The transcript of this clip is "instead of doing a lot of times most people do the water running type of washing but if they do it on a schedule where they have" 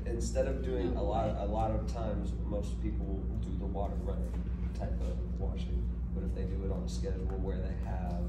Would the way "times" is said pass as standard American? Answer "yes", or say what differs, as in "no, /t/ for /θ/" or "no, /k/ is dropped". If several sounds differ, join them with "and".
yes